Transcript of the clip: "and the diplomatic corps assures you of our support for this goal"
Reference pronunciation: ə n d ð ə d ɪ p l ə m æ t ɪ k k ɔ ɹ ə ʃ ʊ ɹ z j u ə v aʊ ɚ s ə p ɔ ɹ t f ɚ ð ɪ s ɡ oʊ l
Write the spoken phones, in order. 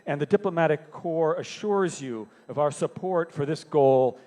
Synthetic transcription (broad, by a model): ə n ð ə d ɪ p l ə m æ t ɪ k k ɔ ɹ ə ʃ ʊ ɹ z j u ə v aʊ ɚ s ə p ɔ ɹ t f ɚ ð ɪ s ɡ oʊ l